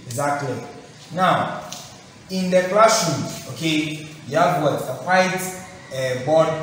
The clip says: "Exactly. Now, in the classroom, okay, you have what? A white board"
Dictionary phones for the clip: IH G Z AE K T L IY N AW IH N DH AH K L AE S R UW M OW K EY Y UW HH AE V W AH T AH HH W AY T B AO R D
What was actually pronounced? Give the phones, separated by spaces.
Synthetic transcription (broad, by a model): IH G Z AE K T L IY N AW IH N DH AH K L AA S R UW OW K EY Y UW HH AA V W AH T AH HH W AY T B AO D